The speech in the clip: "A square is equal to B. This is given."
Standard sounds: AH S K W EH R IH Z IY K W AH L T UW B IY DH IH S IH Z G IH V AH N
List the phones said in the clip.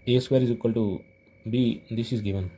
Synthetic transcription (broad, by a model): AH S W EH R IH Z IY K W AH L T UW B IY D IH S IH Z G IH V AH N